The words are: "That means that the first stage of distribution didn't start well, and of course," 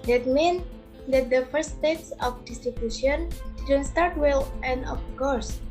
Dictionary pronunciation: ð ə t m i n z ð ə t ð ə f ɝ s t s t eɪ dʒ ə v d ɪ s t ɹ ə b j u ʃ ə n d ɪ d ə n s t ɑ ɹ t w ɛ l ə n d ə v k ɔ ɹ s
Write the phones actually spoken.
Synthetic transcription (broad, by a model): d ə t m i n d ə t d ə f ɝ t s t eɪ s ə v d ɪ s t ɹ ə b j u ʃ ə n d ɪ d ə n s t ɑ ɹ t w ɛ l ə n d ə f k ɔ ɹ s